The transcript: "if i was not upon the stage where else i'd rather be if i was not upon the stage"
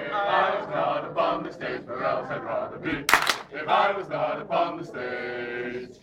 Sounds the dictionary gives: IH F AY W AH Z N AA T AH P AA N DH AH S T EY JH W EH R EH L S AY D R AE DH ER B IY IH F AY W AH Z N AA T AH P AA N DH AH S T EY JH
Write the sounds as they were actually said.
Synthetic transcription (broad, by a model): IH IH W AH Z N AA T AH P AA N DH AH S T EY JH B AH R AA S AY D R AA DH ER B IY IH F AY W AH Z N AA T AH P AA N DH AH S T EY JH